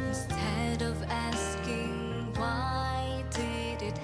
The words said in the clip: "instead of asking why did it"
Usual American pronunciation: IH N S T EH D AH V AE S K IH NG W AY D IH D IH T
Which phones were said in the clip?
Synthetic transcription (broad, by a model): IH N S T EH D AH V AE S K IH NG W AY D IH D IH T